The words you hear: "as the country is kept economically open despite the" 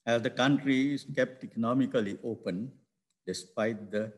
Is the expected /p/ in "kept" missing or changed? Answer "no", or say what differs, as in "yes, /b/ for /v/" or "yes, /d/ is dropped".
no